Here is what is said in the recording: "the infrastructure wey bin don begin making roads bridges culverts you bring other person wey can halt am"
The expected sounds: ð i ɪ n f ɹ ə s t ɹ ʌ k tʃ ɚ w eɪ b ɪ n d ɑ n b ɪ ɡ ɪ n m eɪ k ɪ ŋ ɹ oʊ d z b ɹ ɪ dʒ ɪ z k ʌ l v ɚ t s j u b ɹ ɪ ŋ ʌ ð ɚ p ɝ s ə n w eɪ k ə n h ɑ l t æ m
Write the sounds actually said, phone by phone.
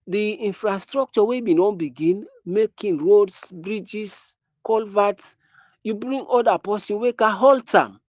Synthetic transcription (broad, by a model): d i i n f ɹ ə s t ɹ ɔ k tʃ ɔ w eɪ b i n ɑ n b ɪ ɡ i n m eɪ k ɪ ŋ ɹ oʊ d s b ɹ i dʒ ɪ s k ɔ l v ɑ t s j u b ɹ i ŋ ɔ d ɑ p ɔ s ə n w eɪ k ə h ɑ l t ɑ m